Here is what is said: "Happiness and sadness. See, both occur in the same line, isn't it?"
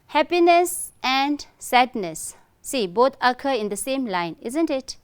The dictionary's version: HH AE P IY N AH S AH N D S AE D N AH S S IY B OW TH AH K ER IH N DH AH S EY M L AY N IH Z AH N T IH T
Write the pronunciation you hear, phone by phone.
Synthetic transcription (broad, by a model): HH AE P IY N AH S AH N D S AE D N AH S S IY B OW T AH K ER IH N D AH S EY M L AY N IH Z AH N T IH T